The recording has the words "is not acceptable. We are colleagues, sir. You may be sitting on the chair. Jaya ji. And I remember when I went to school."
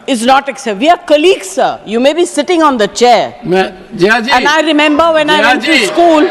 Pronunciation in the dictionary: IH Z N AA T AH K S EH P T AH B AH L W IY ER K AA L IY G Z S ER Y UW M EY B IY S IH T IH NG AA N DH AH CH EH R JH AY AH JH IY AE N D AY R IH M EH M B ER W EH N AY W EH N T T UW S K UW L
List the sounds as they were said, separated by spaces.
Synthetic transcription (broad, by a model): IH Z N AA T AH K S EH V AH AH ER K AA L IY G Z S ER Y UW M EY B IY S IH T IH NG AA N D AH CH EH R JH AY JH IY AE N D AY R IH M EH M B ER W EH N AY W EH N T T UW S K UW L